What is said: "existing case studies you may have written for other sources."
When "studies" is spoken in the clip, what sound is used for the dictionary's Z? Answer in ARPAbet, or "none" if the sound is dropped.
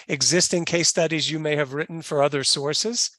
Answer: Z